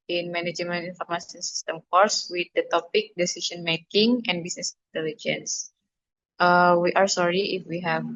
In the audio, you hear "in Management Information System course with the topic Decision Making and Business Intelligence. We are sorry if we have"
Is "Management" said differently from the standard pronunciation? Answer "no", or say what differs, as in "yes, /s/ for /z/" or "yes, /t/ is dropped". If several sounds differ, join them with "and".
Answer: yes, /t/ is dropped